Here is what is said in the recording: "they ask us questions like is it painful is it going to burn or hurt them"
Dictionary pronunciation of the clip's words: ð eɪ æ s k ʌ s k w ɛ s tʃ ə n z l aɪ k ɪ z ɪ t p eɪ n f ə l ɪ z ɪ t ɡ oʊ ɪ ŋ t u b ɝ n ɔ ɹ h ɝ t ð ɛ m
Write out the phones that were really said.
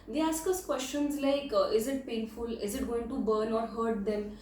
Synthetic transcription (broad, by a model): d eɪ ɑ s k ʌ s k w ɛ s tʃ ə n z l aɪ k ɪ z ɪ t p eɪ n f ə l ɪ z ɪ t ɡ oʊ ɪ ŋ t u b ɝ n ɔ ɹ h ɝ t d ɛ m